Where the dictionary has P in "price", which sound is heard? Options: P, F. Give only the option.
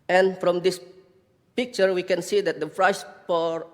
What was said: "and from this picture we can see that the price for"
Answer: F